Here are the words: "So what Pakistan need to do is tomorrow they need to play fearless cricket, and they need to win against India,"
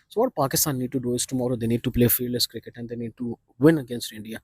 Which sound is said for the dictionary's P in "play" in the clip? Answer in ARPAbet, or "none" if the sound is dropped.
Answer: P